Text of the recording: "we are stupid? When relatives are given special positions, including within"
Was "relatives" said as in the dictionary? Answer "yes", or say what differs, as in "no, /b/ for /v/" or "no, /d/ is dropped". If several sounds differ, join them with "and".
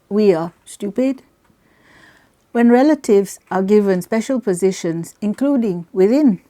yes